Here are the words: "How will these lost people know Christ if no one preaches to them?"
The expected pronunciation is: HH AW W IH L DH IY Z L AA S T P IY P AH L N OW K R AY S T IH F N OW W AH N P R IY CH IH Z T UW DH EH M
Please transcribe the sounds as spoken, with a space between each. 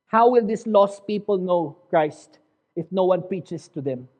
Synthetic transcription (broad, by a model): HH AW W IH L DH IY S L AA S T P IY P AH L N OW K R AY S T IH F N OW W AH N P R IY CH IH S T UW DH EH M